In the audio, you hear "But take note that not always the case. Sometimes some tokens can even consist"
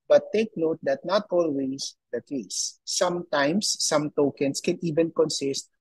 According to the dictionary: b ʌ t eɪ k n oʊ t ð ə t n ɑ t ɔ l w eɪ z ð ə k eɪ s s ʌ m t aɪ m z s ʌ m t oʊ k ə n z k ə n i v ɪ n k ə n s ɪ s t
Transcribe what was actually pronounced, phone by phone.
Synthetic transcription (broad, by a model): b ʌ t eɪ k n oʊ t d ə t n ɑ t ɔ l w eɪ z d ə k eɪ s s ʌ m t aɪ m s ʌ m t oʊ k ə n s k ə n i v ɪ n k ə n s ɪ s t